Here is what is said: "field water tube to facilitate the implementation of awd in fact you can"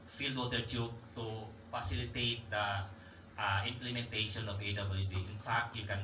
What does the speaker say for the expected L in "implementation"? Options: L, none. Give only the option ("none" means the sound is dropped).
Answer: L